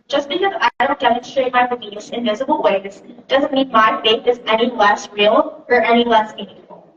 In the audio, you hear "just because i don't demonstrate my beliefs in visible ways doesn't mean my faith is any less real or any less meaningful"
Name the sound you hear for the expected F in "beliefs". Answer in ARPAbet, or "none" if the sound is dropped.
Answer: none